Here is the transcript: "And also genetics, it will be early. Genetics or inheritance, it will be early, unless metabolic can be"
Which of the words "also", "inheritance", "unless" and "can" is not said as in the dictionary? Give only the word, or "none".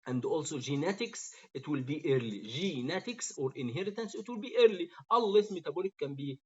unless